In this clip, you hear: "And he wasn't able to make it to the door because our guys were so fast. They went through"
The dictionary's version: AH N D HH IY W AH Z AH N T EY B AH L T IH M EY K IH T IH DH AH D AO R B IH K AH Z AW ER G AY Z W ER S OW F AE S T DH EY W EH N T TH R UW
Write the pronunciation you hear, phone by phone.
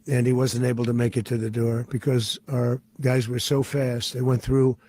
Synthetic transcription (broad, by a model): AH N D IY W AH Z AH N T EY B L T IH M EY K IH T IH DH AH D AO R B IH K AH Z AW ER G AY Z W ER S OW F AE S T DH EY W EH N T TH R UW